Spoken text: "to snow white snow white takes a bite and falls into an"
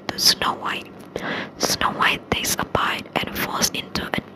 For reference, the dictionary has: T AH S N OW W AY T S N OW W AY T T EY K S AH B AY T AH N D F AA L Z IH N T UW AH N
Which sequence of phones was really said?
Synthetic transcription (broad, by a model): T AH S N OW W AY T S N OW W AY T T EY S AH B AY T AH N F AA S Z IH N T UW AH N